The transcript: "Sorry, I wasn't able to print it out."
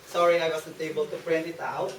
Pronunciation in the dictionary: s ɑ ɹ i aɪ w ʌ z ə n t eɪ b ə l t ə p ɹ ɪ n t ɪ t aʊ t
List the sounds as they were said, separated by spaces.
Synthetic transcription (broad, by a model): s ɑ ɹ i aɪ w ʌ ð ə t eɪ b ə l t ə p ɹ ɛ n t ɪ t aʊ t